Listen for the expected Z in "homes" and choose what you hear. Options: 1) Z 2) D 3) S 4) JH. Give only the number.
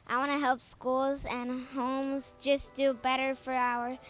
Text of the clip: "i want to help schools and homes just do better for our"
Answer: 1